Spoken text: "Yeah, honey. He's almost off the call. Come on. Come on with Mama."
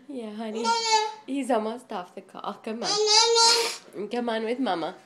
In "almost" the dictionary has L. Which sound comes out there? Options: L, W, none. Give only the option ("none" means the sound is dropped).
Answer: none